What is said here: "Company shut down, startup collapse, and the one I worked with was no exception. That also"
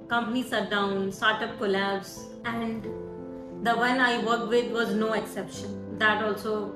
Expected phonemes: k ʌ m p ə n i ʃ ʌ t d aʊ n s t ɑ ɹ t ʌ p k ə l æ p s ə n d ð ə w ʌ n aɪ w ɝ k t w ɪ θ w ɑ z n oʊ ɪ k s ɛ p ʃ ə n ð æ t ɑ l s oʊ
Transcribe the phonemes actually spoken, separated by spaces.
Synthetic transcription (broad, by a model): k ʌ m p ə n i s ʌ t d aʊ n s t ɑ ɹ t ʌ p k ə l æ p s ə n d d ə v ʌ n aɪ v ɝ k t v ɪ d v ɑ z n oʊ ɪ k s ɛ p ʃ ə n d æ t ɑ l s oʊ